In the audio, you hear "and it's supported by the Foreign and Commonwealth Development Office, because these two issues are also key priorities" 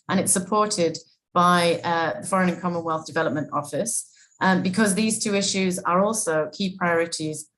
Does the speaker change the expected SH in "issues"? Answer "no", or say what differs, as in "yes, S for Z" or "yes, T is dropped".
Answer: no